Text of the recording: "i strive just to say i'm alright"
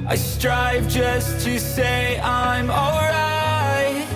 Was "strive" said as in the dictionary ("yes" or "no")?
yes